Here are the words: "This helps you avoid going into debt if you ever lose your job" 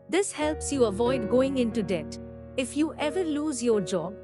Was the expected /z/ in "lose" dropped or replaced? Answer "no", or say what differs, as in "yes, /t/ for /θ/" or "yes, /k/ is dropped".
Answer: no